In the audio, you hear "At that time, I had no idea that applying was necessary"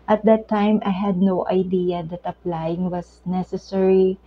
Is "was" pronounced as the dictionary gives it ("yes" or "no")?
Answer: no